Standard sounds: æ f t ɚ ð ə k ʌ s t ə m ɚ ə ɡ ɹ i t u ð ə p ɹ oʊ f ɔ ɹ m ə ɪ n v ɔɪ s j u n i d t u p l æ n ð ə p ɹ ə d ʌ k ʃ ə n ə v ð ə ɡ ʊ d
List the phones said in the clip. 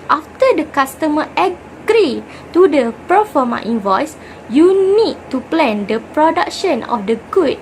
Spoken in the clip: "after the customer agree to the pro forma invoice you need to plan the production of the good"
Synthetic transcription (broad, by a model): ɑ f t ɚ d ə k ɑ s t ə m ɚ ə ɡ ɹ i t u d ə p oʊ f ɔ m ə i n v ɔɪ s j u n i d t u p l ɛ n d ə p ɹ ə d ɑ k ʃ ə n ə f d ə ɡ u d